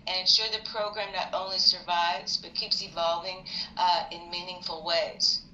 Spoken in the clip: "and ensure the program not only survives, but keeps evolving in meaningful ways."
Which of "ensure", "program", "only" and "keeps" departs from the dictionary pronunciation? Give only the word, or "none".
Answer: none